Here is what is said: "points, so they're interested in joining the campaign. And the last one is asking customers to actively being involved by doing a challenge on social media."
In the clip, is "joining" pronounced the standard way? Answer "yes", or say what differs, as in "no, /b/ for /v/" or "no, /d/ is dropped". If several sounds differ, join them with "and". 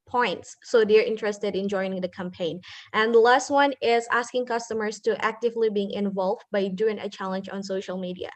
no, /n/ is dropped